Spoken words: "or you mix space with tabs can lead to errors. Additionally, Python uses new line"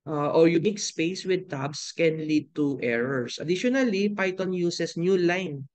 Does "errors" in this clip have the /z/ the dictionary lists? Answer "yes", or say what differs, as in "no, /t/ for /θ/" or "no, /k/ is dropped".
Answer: no, /s/ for /z/